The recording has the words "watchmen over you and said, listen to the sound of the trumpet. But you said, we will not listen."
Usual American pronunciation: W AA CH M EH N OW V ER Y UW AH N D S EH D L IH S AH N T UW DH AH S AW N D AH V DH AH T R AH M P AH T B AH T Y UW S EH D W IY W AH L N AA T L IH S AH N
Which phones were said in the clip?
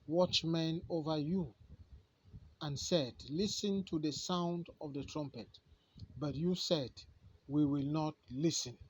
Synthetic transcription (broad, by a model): W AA CH M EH N OW V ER Y UW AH N S EH D L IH S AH N T UW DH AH S AW N D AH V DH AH T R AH M P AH T B AH T Y UW S EH D W IY W AH L N AA T L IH S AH N